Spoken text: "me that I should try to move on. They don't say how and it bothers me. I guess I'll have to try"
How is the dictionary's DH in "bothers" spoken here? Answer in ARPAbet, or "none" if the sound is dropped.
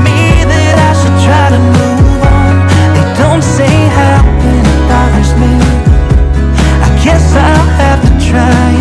none